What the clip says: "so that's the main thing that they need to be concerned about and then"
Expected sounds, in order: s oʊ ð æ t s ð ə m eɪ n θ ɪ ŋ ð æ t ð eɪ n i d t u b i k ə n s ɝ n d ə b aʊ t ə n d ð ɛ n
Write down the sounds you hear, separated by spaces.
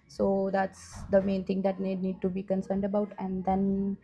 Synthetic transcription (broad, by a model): s oʊ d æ t s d ə m eɪ n t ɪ ŋ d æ t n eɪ n i d t u b i k ə n s ɝ n d ə b aʊ t ə n d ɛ n